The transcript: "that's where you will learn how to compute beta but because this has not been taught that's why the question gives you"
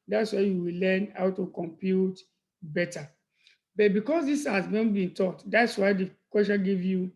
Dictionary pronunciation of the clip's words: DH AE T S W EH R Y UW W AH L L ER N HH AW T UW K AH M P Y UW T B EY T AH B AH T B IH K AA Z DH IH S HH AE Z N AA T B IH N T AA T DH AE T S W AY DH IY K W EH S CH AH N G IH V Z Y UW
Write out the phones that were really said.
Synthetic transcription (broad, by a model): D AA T S W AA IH Y UW W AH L L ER N HH AW T UW K AH M P Y UW T B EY T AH B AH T B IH K AA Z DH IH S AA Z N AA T B IH N T AA T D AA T S W AY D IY K W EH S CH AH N G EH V Y UW